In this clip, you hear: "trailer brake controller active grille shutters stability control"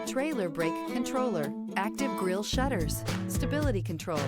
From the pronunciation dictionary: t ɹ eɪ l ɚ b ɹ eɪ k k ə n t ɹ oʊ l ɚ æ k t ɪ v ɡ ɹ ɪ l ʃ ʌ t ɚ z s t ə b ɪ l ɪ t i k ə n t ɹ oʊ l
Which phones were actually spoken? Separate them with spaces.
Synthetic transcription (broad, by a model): t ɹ eɪ l ɚ b ɹ eɪ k k ə n t ɹ oʊ l ɚ æ k t ɪ v ɡ ɹ ɪ l ʃ ʌ t ɚ z s t ə b ɪ l ɪ t i k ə n t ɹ oʊ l